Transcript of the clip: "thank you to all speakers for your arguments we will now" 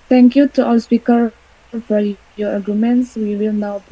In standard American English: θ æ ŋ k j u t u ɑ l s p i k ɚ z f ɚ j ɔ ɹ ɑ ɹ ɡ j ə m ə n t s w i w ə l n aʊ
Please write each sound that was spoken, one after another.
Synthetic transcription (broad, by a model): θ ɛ ŋ k j u t u ɑ l s p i k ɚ f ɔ j ɔ ɹ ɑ ɡ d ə m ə n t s w i w ə l n aʊ